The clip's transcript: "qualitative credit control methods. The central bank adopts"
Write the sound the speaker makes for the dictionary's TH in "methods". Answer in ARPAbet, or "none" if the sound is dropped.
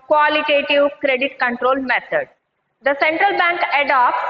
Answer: T